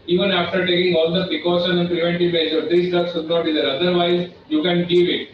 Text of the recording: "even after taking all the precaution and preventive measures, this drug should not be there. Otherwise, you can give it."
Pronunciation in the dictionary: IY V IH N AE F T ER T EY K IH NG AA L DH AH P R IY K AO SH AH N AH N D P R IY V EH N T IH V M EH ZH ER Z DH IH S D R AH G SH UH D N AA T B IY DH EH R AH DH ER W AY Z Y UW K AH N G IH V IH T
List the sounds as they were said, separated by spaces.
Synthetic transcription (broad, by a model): IY V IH N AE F T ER T EY K IH NG AA L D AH P R IY K AO SH AH N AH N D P R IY V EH N T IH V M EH S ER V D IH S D AH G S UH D N AA T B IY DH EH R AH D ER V AY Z Y UW K AH N G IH V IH T